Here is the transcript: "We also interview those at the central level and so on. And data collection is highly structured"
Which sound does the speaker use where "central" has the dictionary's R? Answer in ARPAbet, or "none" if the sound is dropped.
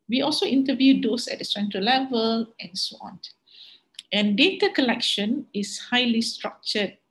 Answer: none